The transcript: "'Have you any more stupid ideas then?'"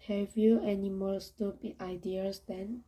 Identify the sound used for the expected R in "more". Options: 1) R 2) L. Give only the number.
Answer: 2